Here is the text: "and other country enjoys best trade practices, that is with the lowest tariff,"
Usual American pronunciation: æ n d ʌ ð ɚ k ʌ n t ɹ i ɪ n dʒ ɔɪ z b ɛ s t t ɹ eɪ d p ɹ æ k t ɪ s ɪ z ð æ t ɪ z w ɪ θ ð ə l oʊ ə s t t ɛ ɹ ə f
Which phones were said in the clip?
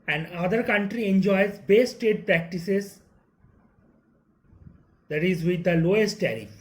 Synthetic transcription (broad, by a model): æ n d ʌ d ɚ k ʌ n t ɹ i ɪ n dʒ ɔɪ z b ɛ s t t eɪ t p ɹ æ k t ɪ s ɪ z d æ t ɪ z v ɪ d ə l oʊ ə s t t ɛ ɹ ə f